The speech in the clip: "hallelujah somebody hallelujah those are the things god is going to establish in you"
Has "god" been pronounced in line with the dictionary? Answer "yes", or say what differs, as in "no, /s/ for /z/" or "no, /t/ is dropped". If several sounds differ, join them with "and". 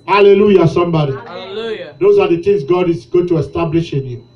yes